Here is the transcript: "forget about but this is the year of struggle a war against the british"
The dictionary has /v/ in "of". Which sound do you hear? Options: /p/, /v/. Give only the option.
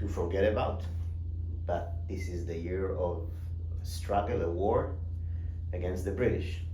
/v/